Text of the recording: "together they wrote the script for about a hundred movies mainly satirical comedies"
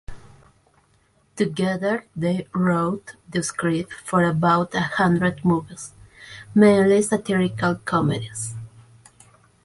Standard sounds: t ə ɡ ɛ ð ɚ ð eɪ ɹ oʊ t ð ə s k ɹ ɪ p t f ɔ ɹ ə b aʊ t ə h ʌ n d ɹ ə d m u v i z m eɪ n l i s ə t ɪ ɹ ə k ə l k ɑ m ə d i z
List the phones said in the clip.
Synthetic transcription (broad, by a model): t ə ɡ ɛ ð ɚ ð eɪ ɹ oʊ t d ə s k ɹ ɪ t f ɔ ɹ ə b aʊ t ə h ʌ n d ɹ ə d m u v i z m eɪ n l i s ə t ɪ ɹ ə k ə l k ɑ m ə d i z